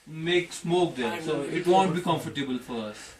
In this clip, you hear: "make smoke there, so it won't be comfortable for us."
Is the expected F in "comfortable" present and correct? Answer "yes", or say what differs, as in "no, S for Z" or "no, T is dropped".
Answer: yes